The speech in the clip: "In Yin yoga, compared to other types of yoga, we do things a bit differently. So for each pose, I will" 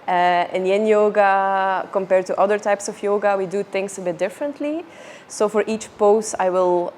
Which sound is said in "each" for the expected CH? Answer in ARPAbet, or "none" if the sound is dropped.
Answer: CH